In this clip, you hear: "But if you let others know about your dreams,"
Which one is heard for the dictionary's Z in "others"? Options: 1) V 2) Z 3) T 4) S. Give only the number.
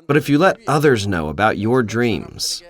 2